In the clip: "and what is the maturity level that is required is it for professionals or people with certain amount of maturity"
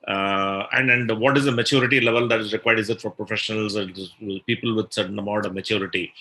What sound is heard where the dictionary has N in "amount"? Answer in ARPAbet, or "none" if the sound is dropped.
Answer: none